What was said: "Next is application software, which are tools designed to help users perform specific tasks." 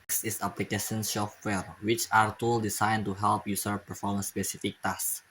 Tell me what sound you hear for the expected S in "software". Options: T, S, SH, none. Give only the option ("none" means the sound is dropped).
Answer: SH